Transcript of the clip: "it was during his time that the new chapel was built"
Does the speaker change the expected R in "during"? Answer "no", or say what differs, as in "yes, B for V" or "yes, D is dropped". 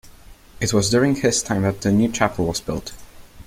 no